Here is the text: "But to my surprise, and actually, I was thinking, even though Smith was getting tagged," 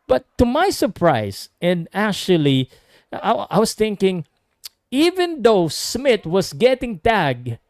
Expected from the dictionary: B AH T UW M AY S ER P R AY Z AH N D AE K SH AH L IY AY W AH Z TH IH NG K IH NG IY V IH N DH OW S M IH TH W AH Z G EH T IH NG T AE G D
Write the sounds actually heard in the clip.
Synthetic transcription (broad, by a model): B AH T UW M AY S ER P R AY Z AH N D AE K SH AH L IY AY W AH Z TH IH NG K IH NG IY V IH N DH OW S M IH T W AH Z G EH T IH NG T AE G